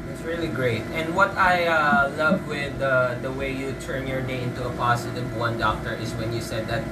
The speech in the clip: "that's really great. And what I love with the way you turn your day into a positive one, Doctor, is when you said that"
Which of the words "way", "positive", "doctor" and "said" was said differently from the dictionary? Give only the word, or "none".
positive